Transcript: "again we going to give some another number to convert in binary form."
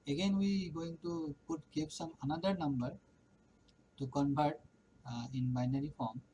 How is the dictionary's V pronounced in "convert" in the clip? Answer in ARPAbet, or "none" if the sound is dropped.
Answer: P